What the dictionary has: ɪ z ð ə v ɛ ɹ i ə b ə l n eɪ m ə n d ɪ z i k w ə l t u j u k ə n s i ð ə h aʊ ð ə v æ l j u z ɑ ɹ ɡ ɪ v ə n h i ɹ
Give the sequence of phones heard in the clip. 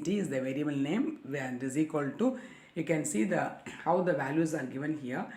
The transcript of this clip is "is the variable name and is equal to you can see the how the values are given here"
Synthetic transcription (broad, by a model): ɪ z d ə v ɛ ɹ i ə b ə l n eɪ m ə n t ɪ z i k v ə l t u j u k ə n s i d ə h aʊ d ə v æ l j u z ɑ ɹ ɡ ɪ v ə n h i ɹ